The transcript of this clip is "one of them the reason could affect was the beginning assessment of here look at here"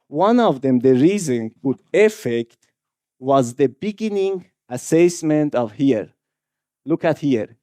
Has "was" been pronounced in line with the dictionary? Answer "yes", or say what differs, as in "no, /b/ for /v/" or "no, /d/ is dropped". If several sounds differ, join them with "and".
yes